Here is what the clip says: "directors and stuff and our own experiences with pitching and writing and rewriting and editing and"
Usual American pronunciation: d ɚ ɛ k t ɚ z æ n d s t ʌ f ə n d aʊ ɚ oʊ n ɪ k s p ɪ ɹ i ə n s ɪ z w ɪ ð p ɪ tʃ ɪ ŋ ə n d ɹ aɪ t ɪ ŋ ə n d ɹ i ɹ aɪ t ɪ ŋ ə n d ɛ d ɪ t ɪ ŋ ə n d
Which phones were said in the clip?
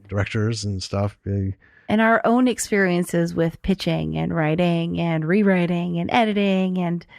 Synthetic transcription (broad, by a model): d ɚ ɛ k t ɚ z n s t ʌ f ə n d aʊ ɚ oʊ n ɪ k s p ɪ ɹ i ə n s ɪ z w ɪ ð p ɪ tʃ ɪ ŋ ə n ɹ aɪ t ɪ ŋ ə n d ɹ i ɹ aɪ t ɪ ŋ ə n ɛ d ɪ t ɪ ŋ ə n